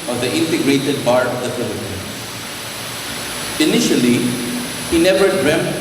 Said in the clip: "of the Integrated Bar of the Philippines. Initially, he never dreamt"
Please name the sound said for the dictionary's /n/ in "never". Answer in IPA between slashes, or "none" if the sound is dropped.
/n/